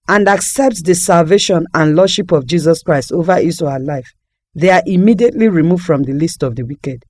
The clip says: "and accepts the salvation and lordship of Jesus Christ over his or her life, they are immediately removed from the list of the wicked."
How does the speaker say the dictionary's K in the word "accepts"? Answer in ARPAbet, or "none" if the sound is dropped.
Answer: K